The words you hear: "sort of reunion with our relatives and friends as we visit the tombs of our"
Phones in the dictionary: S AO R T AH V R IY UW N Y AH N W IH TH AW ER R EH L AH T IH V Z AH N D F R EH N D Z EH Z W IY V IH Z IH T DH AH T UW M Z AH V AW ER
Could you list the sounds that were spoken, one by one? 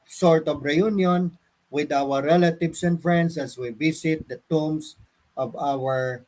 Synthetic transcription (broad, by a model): S AO R T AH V R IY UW N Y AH N W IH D AW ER R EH L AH T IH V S AH N D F R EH N D S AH S W IY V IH S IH T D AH T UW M S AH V AW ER